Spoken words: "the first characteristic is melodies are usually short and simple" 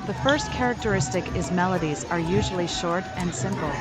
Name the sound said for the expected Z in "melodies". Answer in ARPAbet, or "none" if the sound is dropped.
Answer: Z